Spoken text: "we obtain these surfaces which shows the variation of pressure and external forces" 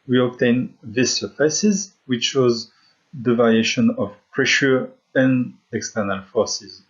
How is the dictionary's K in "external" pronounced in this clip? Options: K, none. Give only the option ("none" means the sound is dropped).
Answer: K